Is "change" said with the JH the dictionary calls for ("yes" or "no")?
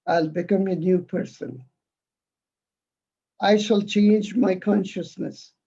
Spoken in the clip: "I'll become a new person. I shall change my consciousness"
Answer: yes